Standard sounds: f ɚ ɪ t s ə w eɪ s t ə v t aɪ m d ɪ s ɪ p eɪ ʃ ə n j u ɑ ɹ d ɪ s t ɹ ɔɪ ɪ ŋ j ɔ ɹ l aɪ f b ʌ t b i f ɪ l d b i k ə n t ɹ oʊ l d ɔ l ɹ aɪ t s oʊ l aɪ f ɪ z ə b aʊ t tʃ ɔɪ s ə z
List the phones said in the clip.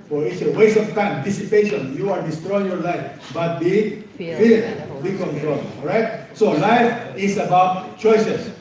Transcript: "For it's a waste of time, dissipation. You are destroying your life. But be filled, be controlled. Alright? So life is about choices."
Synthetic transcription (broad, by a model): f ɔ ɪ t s ə w eɪ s ə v t aɪ m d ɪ s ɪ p eɪ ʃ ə n j u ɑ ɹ d ɪ s t ɹ ɔɪ ɪ ŋ j ɔ ɹ l aɪ f b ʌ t b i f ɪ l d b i k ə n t ɹ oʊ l ɔ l ɹ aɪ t s oʊ l aɪ f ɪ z ə b aʊ t tʃ ɔɪ s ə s